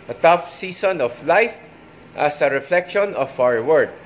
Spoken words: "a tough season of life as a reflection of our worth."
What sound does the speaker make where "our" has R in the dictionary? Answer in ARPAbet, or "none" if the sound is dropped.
W